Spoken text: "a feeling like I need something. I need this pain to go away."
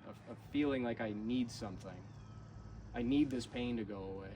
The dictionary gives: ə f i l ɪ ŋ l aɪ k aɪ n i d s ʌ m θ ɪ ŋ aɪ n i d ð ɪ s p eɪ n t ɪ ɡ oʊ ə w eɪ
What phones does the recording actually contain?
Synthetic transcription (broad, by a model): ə f i l ɪ ŋ l aɪ k aɪ n i d s ʌ m θ ɪ ŋ aɪ n i d ð ɪ s p eɪ n t ɪ ɡ oʊ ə w eɪ